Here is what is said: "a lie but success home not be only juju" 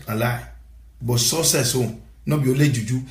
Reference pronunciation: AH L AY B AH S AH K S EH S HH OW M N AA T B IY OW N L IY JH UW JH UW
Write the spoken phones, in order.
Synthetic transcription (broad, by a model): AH L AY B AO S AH S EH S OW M N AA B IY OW L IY JH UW JH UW